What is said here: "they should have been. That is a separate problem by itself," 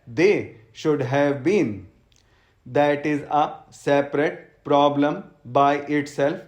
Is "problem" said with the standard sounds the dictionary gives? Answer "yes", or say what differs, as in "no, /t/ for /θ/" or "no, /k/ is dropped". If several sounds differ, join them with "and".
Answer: yes